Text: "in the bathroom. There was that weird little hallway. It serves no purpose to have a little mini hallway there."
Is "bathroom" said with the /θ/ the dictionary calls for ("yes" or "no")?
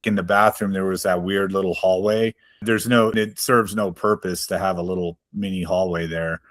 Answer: yes